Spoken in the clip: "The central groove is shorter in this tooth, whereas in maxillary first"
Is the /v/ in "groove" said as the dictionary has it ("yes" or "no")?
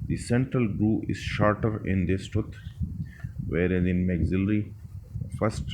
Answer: no